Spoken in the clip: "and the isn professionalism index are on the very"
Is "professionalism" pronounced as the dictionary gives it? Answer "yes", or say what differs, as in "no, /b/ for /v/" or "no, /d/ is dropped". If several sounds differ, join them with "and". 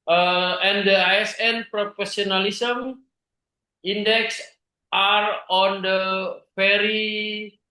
no, /s/ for /ʃ/